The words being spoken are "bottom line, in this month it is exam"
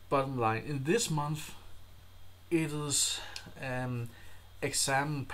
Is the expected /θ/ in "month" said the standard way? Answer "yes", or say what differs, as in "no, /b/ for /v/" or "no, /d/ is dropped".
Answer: yes